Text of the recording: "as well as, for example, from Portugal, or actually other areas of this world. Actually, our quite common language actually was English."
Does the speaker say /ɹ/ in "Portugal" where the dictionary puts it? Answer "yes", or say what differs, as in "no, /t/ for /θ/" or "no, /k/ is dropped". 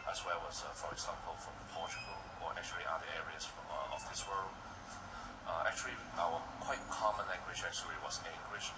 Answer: no, /l/ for /ɹ/